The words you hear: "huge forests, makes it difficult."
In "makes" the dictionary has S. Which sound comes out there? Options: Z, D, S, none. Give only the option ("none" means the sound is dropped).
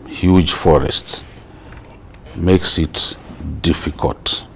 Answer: S